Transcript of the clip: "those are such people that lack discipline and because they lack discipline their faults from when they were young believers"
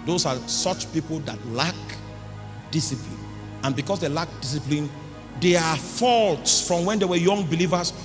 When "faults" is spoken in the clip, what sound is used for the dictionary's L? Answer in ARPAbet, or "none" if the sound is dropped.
L